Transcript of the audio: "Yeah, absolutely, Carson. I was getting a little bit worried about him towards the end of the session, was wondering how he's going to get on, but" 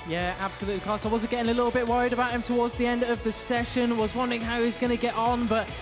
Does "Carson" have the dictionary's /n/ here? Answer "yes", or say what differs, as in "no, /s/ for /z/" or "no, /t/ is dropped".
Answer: no, /n/ is dropped